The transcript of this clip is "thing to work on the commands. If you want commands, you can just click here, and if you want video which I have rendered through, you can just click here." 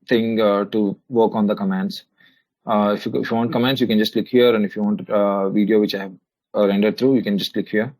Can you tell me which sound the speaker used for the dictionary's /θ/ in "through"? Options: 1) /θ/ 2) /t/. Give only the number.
2